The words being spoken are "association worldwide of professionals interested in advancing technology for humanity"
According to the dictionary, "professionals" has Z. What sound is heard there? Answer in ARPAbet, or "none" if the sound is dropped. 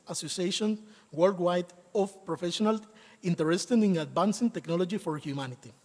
none